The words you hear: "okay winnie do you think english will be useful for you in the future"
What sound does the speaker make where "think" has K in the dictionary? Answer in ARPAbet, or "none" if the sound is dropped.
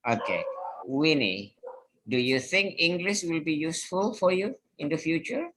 K